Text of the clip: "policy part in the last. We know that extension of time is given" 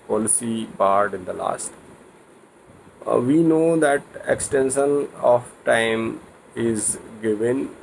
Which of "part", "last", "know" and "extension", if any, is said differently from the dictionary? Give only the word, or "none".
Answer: part